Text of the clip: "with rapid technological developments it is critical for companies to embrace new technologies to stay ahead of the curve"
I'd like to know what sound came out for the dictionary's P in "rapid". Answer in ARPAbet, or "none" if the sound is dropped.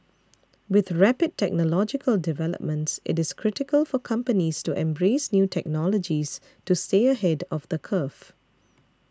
P